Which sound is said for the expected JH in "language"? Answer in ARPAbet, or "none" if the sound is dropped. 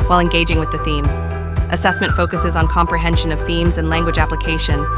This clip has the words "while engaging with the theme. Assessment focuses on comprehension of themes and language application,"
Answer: JH